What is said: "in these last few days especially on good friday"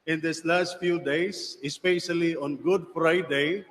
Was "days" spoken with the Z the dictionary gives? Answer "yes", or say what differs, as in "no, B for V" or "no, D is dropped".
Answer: no, S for Z